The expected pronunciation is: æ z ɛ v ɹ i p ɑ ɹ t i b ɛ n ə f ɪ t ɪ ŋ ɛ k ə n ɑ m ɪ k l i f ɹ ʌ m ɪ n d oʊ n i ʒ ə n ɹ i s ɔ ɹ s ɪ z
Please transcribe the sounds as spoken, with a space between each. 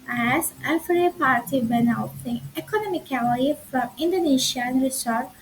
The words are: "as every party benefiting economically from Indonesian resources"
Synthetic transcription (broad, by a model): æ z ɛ f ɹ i p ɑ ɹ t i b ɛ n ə ɪ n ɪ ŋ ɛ k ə n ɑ m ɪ k l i f ɹ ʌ m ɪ n d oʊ n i ʃ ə n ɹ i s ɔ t